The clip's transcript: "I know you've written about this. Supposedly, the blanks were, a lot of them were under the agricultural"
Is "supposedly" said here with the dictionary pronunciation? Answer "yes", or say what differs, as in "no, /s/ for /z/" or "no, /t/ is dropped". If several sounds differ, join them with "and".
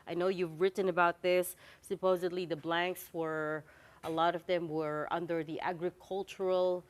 yes